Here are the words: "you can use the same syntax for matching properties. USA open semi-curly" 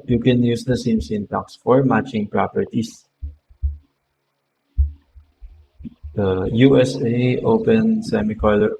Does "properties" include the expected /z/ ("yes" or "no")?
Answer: no